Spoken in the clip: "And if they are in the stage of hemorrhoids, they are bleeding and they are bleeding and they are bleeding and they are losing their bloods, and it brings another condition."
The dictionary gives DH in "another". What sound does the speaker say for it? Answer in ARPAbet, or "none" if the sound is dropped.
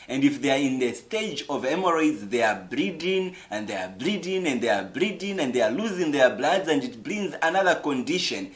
DH